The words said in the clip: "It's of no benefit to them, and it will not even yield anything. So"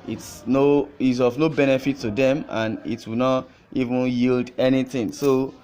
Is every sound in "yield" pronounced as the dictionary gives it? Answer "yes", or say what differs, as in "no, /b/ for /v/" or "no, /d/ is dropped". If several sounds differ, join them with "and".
yes